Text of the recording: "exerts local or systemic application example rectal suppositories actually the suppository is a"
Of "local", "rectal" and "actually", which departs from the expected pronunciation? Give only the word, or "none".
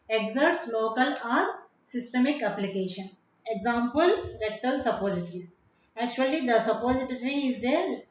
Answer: rectal